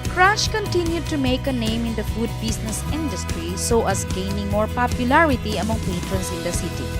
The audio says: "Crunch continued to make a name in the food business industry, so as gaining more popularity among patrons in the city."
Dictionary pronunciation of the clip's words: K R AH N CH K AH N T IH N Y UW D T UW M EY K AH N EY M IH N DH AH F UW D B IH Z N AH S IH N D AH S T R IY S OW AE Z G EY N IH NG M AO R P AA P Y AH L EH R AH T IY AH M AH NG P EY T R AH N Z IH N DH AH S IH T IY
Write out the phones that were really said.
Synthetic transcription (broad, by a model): K R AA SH K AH N T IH N Y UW D T UW M EY K AH N EY M IH N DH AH F UW D B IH S N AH S IH N D AH S T R IY S OW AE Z G EY N IH NG M AO R P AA P Y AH L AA R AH T IY AH M AH NG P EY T R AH N S IH N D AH S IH T IY